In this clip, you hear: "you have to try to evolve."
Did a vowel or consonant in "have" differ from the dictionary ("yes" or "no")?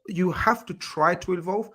yes